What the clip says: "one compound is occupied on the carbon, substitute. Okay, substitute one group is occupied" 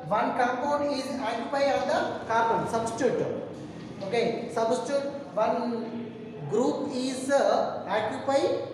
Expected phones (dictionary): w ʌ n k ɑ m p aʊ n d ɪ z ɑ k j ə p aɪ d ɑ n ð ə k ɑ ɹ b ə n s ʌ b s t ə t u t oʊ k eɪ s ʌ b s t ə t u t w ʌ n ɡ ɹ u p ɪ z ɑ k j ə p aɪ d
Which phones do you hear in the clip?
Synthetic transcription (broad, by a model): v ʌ n k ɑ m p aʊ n ɪ z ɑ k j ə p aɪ ɑ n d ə k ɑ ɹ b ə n s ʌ b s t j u t oʊ k eɪ s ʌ b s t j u t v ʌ n ɡ ɹ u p ɪ z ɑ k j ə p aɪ